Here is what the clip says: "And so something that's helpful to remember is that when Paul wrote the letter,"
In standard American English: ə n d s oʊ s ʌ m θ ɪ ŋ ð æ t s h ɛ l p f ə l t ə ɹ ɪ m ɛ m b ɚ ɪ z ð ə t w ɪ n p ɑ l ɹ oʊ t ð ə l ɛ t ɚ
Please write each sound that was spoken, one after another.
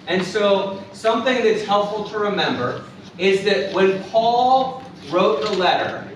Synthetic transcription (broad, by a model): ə n s oʊ s ʌ m θ ɪ ŋ ð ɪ t s h ɛ l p f l t ə ɹ ɪ m ɛ m b ɚ ɪ z ð ə t w ɪ n p ɑ l ɹ oʊ t ð ə l ɛ t ɚ